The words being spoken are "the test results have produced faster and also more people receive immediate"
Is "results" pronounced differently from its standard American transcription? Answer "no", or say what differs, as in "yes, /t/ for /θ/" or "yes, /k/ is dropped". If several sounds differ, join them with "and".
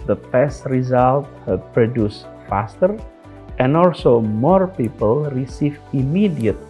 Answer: yes, /s/ is dropped